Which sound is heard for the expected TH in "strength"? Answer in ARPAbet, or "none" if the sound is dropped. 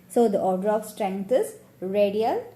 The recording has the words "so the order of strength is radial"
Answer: T